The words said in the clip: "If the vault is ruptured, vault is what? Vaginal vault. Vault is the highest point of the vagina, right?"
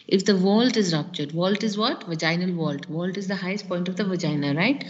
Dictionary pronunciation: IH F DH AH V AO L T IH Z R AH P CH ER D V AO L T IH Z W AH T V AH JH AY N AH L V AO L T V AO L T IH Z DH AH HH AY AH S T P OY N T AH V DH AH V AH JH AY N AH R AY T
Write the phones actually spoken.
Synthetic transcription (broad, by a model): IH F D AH V AO L T IH Z R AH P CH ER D V AO L T IH Z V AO T V AH JH AY N AH L V AO L T V AO L T IH Z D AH HH AY AH S T P OY N T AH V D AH V AH JH AY N AH R AY T